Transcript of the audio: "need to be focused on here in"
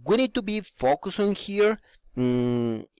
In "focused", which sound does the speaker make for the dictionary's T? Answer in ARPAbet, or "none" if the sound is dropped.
none